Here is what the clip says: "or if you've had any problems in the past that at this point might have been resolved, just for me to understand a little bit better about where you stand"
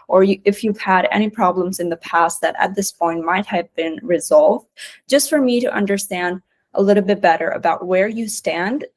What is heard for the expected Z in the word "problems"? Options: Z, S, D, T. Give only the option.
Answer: Z